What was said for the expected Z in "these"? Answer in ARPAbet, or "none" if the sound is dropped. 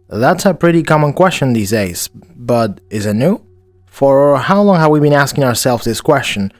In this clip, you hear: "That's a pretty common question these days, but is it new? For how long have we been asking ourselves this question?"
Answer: Z